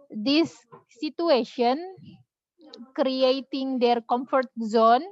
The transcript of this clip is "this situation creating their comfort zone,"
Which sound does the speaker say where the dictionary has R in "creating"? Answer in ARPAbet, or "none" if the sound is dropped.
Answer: R